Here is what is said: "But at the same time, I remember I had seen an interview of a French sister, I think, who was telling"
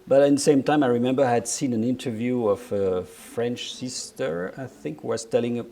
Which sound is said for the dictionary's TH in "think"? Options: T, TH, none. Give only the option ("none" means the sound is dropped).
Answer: TH